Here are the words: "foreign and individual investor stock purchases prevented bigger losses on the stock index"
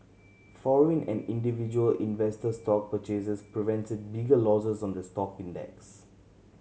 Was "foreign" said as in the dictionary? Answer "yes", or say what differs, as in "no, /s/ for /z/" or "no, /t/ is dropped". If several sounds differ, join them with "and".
no, /l/ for /ɹ/